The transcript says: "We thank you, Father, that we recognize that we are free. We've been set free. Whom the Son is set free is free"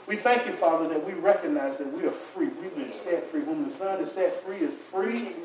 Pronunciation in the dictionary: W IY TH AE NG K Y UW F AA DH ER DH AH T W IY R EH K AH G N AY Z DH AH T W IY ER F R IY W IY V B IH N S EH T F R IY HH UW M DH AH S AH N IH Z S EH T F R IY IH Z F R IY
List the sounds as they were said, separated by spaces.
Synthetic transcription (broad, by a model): W IY TH AE NG K Y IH F AA DH ER DH AH T W IY R EH K AH G N AY Z DH AH T W IY ER F R IY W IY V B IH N S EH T F R IY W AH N DH AH S AH N IH Z S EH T F R IY IH Z F R IY